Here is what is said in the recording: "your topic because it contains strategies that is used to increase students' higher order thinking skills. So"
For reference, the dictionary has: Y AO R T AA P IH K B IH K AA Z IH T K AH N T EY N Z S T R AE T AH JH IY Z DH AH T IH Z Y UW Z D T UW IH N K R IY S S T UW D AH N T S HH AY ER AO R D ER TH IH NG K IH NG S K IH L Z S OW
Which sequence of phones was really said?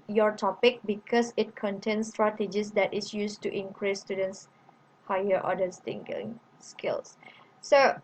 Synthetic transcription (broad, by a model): Y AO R T AA P IH K B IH K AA S IH T K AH N T EY N S T R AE T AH JH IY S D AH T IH S Y UW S T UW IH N K R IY S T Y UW D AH N T S HH AY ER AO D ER T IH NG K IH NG S K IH L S S OW